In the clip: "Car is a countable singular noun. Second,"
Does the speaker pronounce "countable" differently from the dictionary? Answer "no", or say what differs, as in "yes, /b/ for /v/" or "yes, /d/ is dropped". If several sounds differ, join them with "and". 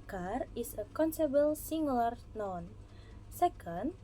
yes, /s/ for /t/